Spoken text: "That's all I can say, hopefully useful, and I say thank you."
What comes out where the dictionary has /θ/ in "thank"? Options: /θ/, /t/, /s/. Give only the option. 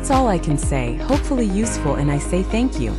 /θ/